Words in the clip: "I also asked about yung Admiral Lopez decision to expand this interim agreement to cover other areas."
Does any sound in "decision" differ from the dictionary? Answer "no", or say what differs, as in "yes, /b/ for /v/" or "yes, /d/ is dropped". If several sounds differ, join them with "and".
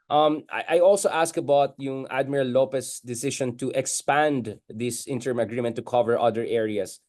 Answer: yes, /ʃ/ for /ʒ/